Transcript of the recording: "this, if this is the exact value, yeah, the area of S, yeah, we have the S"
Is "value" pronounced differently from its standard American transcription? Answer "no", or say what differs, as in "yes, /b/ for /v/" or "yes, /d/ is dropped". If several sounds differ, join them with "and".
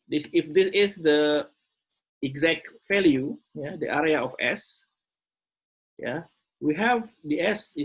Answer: yes, /f/ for /v/